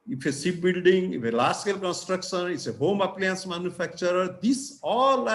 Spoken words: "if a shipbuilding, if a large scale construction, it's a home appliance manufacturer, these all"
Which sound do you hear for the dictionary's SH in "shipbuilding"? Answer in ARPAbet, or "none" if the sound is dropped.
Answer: S